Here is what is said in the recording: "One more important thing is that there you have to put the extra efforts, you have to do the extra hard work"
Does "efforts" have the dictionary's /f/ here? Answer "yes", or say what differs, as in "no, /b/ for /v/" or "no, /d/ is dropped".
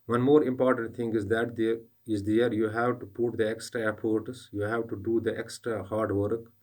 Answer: no, /p/ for /f/